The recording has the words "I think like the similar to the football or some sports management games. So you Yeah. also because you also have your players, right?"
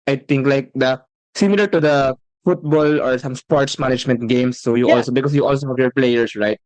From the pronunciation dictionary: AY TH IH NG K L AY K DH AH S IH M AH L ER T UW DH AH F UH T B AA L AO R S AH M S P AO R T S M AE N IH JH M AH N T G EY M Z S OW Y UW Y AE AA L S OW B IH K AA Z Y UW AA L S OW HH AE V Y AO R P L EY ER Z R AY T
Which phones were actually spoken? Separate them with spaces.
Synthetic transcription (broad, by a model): AY T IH NG K L AY K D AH S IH M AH L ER T UW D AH F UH T B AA L AO R S AH M S P AO R T S M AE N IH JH M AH N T G EY M S OW Y UW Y AA L S OW B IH K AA S Y UW AA L S OW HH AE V Y AO R P L EY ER S R AY T